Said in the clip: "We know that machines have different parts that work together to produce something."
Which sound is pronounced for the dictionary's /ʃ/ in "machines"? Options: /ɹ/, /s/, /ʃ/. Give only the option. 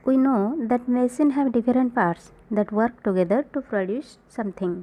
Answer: /s/